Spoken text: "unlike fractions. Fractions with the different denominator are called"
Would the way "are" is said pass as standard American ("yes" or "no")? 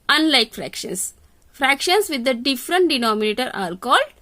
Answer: no